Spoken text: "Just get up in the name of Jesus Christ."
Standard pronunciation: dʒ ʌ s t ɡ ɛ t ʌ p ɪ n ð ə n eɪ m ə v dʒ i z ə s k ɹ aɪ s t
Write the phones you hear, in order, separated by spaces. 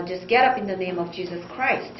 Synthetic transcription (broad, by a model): dʒ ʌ s ɡ ɛ t ʌ p ɪ n ð ə n eɪ m ə v dʒ i z ə s k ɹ aɪ s t